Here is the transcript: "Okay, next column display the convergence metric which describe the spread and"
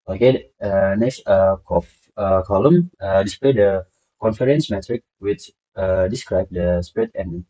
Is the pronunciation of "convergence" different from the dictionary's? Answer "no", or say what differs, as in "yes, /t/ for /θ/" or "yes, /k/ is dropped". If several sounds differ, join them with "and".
yes, /f/ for /v/ and /dʒ/ is dropped